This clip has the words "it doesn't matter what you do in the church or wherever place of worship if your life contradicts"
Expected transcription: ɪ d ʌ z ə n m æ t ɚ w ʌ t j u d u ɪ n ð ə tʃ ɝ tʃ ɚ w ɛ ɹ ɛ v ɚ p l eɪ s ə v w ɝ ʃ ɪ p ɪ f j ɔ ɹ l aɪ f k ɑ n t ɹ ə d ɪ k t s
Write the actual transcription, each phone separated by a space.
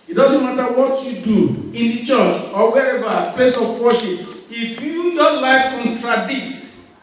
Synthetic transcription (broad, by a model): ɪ d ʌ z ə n m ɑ t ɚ w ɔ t j u d u ɪ n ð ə tʃ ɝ tʃ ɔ w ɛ ɹ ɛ v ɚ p eɪ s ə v w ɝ ʃ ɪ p ɪ f j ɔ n l aɪ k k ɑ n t ɹ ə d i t